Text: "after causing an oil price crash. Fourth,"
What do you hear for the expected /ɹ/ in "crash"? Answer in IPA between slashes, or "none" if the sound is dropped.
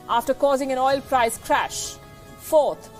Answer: /ɹ/